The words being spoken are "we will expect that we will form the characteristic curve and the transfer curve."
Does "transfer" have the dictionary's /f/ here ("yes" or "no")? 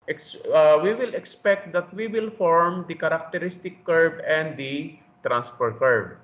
no